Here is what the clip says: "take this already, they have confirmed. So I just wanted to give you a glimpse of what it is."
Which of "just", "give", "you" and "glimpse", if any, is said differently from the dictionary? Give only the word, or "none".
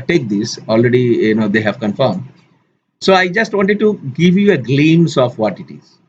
glimpse